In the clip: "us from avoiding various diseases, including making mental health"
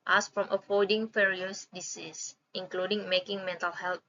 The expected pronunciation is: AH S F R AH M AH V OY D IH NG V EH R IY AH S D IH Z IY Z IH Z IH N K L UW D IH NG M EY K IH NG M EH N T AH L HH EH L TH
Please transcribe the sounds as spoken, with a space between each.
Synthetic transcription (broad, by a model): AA S F R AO M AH F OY D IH NG F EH R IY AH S D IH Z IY S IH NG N K L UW D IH NG M EY K IH NG M EH N T AH L HH EH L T